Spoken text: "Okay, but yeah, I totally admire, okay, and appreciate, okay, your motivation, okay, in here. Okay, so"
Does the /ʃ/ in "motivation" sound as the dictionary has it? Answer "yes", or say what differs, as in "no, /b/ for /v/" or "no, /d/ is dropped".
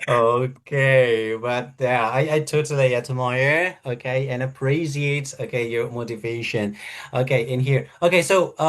yes